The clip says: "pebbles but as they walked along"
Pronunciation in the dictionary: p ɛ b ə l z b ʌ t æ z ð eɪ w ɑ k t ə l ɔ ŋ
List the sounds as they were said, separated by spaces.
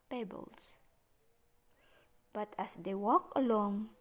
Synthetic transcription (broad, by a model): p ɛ b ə l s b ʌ t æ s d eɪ w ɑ k ə l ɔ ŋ